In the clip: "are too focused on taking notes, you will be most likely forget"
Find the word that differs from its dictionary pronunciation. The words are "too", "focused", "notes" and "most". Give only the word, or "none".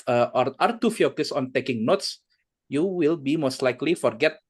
focused